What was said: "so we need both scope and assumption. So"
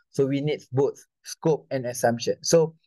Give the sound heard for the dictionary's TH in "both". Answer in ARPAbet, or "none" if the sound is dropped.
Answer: S